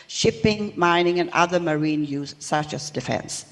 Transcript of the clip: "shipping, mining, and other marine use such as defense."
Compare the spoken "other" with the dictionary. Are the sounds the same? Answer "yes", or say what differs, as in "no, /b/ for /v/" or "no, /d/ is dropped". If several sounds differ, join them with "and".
yes